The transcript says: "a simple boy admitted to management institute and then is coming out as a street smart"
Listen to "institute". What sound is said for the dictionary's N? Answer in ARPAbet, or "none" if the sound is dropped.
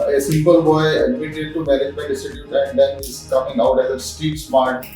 none